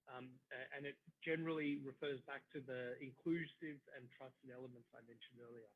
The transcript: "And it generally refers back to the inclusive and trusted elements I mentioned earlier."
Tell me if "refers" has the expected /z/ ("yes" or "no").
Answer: yes